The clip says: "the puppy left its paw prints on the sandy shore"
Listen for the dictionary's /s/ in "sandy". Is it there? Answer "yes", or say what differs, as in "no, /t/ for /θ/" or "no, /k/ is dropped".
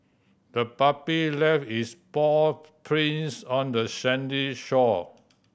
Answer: no, /ʃ/ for /s/